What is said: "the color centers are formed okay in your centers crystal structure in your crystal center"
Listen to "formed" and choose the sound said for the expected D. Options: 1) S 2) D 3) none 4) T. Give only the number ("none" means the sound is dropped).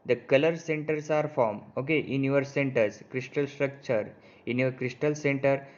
3